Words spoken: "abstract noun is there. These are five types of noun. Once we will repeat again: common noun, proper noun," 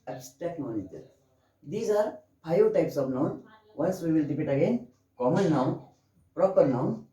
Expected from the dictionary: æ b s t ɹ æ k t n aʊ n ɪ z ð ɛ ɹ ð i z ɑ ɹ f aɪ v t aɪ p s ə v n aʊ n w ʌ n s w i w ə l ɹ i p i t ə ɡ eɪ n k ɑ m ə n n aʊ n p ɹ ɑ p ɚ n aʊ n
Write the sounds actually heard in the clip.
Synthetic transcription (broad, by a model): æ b s t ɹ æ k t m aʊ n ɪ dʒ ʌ ɹ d i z ɑ ɹ p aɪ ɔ t aɪ p s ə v n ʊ n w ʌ n s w i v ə l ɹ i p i t ə ɡ eɪ n k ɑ m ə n n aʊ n p ɹ ɑ p ɚ n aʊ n